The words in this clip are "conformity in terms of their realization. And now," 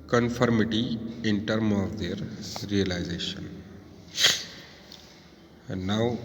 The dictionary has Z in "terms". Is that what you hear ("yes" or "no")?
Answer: no